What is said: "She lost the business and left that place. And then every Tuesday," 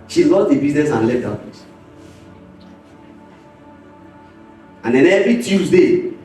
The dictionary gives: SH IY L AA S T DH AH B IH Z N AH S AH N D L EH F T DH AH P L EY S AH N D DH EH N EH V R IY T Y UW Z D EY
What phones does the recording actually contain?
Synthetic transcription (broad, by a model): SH IY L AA T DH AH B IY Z N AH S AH N L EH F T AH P EY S AH N D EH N EH V R IY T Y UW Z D EY